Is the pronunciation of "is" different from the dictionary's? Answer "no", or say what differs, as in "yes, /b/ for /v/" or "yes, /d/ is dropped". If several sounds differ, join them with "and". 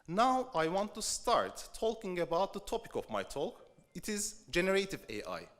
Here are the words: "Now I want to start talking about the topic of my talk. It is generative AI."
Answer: no